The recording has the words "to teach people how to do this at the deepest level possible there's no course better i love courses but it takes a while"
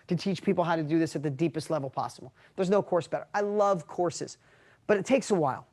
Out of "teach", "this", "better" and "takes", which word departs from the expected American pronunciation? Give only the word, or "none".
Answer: none